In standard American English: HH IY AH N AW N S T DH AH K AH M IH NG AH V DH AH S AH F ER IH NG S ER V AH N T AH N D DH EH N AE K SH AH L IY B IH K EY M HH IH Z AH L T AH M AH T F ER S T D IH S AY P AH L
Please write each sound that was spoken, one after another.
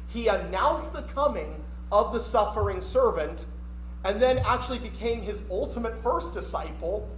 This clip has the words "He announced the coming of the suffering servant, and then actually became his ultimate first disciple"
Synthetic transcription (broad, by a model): HH IY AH N AW N S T DH AH K AH M IH NG AH V DH AH S AH F ER IH NG S ER V AH N T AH N DH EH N AE K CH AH L IY B IH K EY M IH Z AH L T AH M AH T F ER S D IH S AY P L